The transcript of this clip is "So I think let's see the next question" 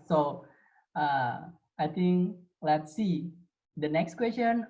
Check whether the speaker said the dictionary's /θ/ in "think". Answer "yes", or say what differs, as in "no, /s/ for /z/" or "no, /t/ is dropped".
no, /t/ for /θ/